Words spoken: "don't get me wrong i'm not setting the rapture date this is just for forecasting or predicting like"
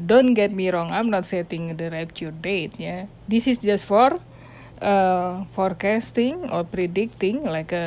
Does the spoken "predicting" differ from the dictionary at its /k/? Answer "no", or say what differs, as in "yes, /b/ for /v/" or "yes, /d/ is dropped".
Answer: no